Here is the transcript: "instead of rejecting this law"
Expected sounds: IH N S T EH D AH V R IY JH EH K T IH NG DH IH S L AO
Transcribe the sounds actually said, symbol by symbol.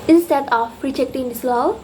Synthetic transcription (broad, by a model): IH N S T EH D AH P R IY JH EH K T IH NG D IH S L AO